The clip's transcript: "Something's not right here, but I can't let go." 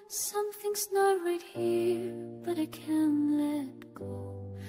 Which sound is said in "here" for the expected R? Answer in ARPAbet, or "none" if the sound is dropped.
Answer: R